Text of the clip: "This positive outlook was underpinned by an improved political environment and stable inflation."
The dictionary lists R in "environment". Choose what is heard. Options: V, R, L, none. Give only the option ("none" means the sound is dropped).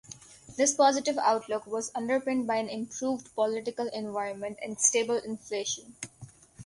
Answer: R